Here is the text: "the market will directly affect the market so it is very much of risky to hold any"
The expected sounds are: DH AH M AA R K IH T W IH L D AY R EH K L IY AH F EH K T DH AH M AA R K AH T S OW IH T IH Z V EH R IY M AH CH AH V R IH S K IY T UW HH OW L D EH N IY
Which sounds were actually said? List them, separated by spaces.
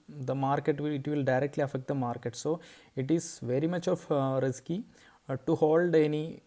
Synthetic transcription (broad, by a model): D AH M AA R K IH T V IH L D AY R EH K L IY AH F EH K T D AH M AA R K AH T S OW IH T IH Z V EH R IY M AH CH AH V R IH S K IY T UW HH OW L D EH N IY